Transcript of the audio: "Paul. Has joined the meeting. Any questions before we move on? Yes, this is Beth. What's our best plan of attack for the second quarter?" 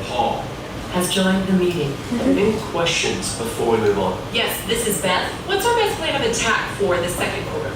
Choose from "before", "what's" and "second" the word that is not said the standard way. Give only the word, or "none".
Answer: none